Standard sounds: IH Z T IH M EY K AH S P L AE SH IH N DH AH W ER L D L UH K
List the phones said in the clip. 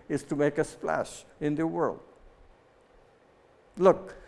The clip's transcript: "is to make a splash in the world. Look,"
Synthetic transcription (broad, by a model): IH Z T IH M EY K AH S P L AE SH IH N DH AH W ER L D L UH K